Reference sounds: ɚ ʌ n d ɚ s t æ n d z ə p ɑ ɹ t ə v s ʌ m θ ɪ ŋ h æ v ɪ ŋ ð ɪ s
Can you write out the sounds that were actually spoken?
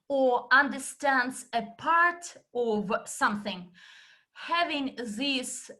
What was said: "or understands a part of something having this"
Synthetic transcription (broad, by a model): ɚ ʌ n d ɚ s t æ n d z ə p ɑ ɹ t ə v s ʌ m θ ɪ ŋ h æ v ɪ ŋ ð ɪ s